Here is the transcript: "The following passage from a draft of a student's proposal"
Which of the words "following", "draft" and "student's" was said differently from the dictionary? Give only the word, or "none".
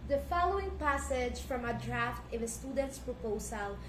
none